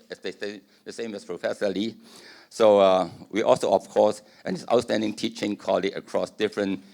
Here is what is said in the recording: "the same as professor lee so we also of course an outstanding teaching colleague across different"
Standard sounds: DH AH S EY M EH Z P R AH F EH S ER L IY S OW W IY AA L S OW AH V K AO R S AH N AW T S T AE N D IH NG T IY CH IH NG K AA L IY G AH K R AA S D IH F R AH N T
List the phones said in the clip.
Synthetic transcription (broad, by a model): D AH S EY M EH S P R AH F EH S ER L IY S OW W IY AA L S OW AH F K AO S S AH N AW T S T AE N D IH NG T IY CH IH NG K AA L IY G AH K R AA S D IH F R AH N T